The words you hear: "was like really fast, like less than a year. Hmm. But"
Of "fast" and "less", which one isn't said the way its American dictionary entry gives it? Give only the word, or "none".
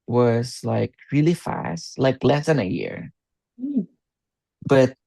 none